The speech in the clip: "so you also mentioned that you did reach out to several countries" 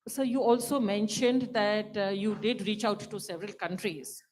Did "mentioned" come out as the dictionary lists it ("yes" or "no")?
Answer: yes